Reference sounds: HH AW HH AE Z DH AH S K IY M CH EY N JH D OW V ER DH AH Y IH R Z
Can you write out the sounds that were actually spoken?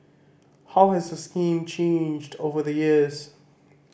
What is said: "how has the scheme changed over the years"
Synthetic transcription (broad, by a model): HH AW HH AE Z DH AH S K IY M CH EY N JH D OW V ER DH AH Y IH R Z